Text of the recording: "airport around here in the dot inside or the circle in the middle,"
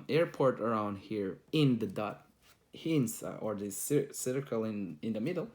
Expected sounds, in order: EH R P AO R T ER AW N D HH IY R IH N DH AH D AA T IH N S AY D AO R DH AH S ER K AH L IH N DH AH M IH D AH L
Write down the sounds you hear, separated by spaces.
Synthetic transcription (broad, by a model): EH R P AO R T ER AW N D HH IY R IH N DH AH D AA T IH N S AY AO R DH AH S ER K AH L IH N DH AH M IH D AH L